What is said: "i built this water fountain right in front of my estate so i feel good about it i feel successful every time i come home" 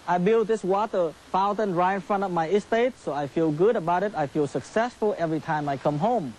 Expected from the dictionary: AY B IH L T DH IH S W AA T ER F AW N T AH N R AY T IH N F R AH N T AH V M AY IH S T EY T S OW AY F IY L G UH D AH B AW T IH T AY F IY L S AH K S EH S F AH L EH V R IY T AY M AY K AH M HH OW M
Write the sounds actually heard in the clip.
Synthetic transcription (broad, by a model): AY B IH L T DH IH S W AA T ER F AW N T AH N R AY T IH N F R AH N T AH V M AY IH S T EY T S OW AY F IY L G UH D AH B AW T IH T AY F IY L S AH K S EH S F AH L EH V R IY T AY M AY K AH M HH OW M